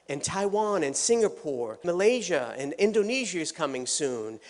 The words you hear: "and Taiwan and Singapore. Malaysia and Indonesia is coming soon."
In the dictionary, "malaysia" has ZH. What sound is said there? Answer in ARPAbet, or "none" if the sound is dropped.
ZH